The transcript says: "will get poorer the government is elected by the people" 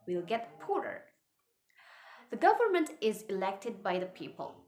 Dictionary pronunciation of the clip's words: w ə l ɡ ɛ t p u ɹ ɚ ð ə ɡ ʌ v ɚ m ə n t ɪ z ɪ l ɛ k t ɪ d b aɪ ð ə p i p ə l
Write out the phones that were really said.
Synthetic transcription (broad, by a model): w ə l ɡ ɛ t p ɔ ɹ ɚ ð ə ɡ ʌ v ɚ m ə n t ɪ z ɪ l ɛ k t ɪ d b aɪ ð ə p i p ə l